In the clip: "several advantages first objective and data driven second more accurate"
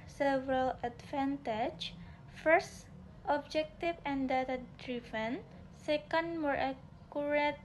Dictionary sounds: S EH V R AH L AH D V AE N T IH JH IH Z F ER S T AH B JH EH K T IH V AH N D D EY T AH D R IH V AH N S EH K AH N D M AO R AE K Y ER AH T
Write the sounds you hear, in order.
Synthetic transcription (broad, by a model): S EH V R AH L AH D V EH N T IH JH F ER S T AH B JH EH K T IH F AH N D D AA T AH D R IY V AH N S EH K AH N D M AO R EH K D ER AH T